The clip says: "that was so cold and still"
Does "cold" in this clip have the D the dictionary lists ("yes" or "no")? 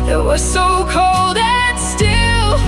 yes